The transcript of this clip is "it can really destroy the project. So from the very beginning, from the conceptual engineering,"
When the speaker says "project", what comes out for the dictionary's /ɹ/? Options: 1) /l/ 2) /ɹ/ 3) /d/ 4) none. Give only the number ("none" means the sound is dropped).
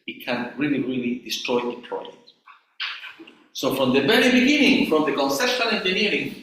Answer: 1